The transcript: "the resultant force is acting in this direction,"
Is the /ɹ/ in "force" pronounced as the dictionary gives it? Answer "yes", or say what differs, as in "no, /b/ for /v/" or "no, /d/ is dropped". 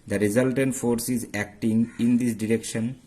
yes